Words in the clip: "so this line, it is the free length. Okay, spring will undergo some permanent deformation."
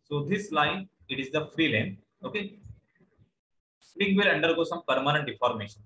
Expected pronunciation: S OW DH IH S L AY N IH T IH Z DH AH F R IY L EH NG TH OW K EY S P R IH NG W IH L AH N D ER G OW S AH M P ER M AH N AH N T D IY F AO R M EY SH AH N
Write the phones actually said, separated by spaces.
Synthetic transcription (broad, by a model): S OW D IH S L AY N IH T IH Z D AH F R IY L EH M OW K EY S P IH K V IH L AH N D ER G OW S AH M P ER M AH N AH N T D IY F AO R M EY SH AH N